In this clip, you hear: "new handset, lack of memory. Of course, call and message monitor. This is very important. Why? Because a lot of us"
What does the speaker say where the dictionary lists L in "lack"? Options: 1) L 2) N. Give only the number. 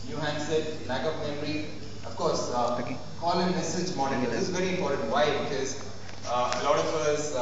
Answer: 2